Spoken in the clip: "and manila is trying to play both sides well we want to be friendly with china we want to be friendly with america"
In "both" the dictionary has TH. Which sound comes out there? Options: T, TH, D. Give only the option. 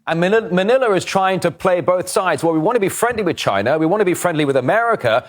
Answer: TH